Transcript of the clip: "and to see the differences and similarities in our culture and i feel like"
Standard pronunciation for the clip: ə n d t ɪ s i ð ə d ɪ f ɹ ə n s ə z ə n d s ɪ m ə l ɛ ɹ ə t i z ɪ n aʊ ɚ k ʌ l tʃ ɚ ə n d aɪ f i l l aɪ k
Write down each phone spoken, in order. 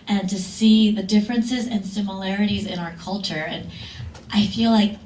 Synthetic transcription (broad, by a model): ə n t ɪ s i ð ə d ɪ f ɹ ə n s ə z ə n s ɪ m ə l ɛ ɹ ə t i z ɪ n aʊ ɚ k ʌ l tʃ ɚ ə n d aɪ f i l l aɪ k